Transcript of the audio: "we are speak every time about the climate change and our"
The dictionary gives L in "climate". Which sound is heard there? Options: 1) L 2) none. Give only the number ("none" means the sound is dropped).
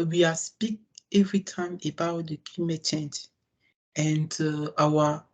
2